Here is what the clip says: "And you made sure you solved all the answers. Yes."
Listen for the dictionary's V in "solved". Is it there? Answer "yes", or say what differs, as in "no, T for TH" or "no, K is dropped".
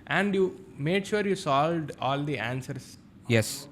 yes